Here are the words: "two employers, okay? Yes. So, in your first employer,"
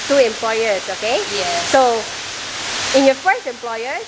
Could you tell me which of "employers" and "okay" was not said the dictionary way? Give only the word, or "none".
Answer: employers